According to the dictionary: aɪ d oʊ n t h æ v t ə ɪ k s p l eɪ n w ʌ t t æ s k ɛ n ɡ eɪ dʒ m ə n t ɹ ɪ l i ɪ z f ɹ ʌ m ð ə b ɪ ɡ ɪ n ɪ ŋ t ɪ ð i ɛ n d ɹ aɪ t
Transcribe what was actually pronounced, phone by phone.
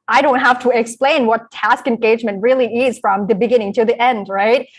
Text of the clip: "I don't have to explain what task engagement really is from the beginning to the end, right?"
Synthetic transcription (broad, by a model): aɪ d oʊ n t h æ f t ə ɪ k s p l eɪ n w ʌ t t æ s k ɛ n ɡ eɪ dʒ m ə n t ɹ ɪ l i ɪ z f ɹ ʌ m ð ə b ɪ ɡ ɪ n ɪ ŋ t ɪ ð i ɛ n d ɹ aɪ t